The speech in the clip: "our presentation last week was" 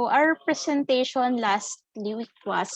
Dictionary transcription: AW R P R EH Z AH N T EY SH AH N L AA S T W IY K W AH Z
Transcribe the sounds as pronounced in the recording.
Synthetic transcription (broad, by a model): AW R P R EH S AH N T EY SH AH N L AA S T W IY K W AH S